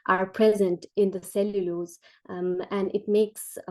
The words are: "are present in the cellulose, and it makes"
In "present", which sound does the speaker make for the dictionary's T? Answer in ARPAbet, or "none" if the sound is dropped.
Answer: T